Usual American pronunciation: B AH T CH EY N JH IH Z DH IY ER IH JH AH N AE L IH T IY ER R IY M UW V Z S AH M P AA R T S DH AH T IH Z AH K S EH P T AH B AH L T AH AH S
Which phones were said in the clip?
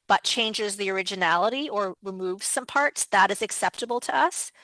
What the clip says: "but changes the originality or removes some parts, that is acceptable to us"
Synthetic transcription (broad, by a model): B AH T CH EY N JH IH Z DH IY ER IH JH AH N AE L IH T IY ER R IY M UW V Z S AH M P AA R T S DH AH T IH Z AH K S EH P T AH B L T AH AH S